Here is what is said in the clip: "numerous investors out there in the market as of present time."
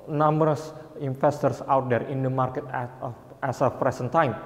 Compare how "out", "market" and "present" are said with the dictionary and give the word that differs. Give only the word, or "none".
present